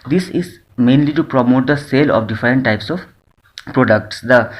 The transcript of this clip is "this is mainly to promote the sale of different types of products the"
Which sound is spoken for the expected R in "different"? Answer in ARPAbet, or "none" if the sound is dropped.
R